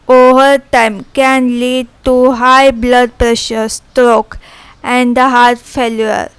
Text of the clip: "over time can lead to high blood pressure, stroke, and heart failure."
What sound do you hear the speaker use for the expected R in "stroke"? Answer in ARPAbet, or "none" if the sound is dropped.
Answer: R